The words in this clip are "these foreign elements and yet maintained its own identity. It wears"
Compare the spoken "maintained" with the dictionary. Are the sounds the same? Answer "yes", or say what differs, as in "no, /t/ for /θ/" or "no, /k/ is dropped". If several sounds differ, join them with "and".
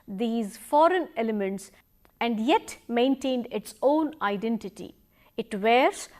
yes